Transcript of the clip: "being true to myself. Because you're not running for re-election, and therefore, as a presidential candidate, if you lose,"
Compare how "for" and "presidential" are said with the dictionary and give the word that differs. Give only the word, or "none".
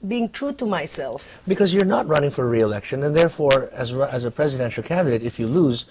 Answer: none